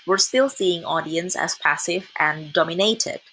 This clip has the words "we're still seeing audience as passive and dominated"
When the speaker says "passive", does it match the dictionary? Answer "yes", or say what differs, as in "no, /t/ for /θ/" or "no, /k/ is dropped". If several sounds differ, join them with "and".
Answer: yes